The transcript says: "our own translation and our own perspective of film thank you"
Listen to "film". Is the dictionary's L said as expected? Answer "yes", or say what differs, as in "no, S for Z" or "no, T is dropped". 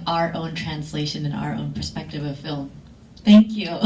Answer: yes